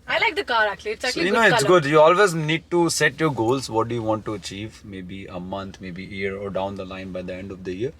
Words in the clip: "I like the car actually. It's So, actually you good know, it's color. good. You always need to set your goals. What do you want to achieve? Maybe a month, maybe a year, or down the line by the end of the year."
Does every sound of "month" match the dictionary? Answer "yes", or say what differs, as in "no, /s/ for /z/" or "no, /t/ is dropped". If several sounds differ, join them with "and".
no, /t/ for /θ/